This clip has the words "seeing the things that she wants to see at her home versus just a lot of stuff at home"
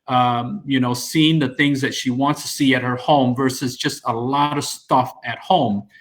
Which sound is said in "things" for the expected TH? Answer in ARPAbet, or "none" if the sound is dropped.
TH